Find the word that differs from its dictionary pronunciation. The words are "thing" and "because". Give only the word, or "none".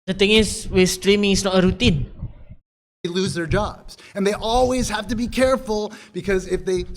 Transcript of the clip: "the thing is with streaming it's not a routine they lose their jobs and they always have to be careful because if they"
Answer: thing